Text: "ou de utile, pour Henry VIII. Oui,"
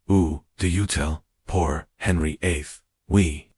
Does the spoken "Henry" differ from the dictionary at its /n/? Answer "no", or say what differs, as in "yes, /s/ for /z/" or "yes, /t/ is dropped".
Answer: no